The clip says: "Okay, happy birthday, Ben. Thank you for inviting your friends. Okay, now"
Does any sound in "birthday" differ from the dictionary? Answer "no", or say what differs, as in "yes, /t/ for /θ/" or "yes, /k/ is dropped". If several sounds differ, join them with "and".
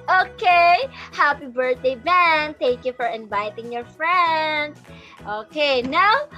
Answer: yes, /t/ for /θ/